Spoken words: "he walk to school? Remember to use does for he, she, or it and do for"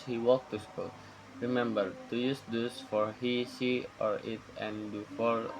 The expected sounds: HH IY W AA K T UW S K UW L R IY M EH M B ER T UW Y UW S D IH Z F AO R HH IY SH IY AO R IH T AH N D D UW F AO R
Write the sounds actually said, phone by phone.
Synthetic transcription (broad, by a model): HH IY W AA K T UW S K UW L R IY M EH M B ER T UW Y UW S D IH S F AO R HH IY S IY AO R IH T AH N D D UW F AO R